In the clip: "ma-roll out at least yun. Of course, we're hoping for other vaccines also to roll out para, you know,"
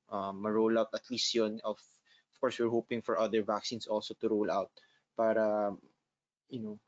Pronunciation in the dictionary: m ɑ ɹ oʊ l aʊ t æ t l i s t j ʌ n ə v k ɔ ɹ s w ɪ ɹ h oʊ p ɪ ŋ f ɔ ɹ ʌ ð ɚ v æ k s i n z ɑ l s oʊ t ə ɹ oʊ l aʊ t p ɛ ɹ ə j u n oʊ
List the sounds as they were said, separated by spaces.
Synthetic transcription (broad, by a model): m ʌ ɹ oʊ l aʊ t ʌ t l i s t j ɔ n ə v k ɔ ɹ s w ɪ ɹ h oʊ p ɪ ŋ f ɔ ɹ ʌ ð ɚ v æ k s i n s ɑ l s oʊ t ə ɹ oʊ l aʊ t p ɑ ɹ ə j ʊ n oʊ